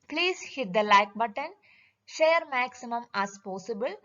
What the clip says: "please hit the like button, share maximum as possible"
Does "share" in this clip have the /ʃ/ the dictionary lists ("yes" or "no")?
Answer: yes